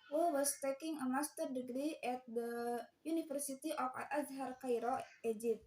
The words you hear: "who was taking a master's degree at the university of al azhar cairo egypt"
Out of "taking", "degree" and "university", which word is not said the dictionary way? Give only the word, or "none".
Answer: university